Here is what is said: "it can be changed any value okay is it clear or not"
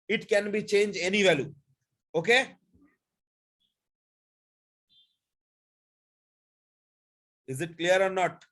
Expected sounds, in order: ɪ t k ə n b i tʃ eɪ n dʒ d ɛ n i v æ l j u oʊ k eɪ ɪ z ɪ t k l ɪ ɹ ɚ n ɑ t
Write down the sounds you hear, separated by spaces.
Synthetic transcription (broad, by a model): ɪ t k ə n b i tʃ eɪ n dʒ ɛ n i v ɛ l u oʊ k eɪ ɪ z ɪ t k l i ɹ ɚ n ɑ t